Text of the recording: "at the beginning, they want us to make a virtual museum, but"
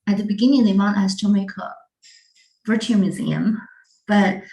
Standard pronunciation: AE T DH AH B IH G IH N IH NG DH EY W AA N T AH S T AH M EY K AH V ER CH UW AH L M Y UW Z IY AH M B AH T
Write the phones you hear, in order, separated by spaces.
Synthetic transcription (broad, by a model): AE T DH AH B IH G IH N IH NG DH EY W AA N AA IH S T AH M EY K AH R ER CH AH M Y UW Z IY AH M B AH T